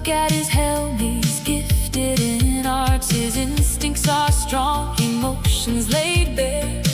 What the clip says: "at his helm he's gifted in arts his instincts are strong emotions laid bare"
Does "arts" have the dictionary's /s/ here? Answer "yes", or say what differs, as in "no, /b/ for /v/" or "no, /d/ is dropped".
no, /s/ is dropped